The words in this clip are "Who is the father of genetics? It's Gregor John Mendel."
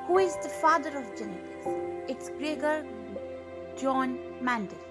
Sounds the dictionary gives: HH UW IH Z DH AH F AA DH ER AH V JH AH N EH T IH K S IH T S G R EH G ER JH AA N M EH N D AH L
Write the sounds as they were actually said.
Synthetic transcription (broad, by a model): HH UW IH Z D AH F AA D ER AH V JH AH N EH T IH S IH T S G R EH G ER JH AA N M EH N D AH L